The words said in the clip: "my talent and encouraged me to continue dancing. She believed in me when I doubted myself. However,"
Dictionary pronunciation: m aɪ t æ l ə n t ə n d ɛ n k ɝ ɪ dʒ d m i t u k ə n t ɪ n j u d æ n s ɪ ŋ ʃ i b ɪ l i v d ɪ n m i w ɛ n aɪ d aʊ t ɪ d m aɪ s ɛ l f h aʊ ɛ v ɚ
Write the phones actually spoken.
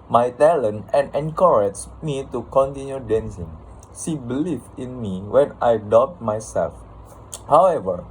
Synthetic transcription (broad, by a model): m aɪ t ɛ l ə n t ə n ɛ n k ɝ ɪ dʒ m i t u k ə n t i n j u d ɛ n s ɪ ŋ s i b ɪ l i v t ɪ n m i w ɛ n aɪ d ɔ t m aɪ s ɛ l f h aʊ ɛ v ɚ